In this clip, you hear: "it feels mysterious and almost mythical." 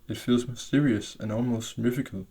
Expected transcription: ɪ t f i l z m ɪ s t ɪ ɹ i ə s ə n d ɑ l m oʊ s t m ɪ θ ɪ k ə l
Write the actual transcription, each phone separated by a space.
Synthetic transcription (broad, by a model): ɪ t f i l z m ɪ s t ɪ ɹ i ə s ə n ɑ l m oʊ s t m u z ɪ k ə l